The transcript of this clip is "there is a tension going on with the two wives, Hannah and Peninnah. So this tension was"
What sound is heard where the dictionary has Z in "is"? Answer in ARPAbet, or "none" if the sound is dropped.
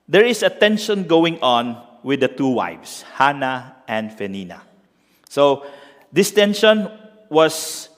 S